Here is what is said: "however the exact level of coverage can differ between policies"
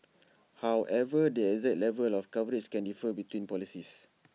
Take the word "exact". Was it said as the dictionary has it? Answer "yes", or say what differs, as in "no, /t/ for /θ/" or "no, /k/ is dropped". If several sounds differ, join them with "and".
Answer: no, /k/ is dropped